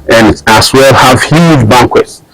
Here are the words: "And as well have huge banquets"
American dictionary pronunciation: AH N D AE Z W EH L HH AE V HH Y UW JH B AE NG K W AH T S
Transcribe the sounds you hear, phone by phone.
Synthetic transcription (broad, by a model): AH N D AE S W EH L HH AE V HH Y UW JH B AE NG K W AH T S